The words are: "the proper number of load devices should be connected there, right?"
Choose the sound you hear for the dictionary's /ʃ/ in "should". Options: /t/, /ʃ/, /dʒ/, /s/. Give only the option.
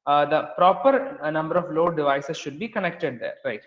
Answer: /ʃ/